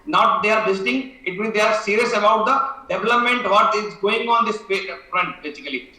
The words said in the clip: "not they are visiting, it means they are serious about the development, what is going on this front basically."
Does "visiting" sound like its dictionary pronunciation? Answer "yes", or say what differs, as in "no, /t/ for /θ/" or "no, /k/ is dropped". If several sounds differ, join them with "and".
no, /s/ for /z/